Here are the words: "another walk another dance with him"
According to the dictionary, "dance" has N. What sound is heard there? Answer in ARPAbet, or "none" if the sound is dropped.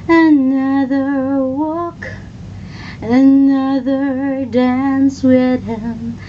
N